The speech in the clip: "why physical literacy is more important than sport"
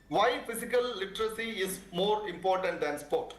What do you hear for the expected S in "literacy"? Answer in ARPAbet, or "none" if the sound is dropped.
S